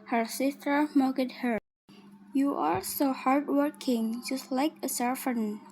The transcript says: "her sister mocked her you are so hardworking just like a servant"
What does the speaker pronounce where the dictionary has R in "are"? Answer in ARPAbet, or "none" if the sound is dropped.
L